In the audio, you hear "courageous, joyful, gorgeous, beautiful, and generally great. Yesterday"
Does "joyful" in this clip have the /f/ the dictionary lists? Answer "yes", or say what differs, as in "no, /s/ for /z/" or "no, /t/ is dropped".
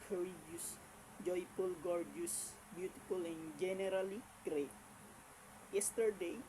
no, /p/ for /f/